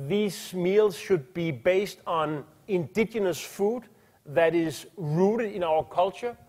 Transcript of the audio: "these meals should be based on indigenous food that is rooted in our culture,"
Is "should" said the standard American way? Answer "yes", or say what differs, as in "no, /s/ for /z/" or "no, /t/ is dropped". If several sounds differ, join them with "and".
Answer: yes